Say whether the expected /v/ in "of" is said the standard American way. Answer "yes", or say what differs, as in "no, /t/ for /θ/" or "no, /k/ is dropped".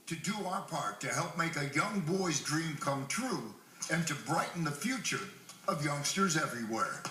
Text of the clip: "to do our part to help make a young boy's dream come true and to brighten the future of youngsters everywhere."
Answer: yes